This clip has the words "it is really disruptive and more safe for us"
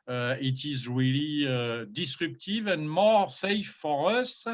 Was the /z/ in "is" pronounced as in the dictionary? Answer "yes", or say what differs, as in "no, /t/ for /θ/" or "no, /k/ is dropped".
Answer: yes